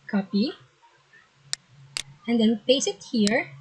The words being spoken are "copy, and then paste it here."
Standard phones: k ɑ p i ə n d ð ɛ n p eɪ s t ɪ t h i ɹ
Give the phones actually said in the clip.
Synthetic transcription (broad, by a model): k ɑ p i ə n d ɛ n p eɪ s ɪ t h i ɹ